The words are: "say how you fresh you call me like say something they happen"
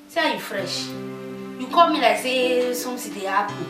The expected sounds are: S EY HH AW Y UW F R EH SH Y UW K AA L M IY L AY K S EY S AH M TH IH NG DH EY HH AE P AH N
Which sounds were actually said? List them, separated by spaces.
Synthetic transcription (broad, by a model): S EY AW Y UW F R EH SH Y UW K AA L M IY L AY K S EY S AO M S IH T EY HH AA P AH